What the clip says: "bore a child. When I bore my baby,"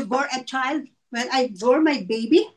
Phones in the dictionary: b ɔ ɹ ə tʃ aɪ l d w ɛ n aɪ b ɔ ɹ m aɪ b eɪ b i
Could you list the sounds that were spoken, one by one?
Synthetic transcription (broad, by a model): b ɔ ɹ ə tʃ aɪ l d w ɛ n aɪ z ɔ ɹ m aɪ b eɪ b i